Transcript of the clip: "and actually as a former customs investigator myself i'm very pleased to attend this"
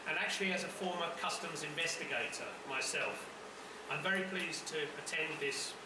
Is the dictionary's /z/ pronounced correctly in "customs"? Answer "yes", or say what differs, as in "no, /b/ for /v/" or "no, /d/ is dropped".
yes